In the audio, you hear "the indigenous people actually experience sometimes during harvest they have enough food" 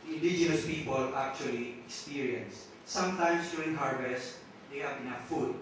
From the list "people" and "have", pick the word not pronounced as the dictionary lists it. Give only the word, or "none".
have